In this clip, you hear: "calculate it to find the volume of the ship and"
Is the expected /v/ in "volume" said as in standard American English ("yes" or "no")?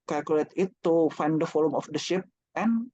no